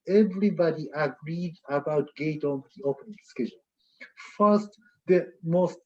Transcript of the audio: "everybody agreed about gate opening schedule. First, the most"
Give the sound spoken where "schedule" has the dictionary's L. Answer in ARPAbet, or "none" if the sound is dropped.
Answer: N